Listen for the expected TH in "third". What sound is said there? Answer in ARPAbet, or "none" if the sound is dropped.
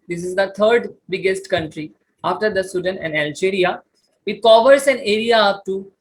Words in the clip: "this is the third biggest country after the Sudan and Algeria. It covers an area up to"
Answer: T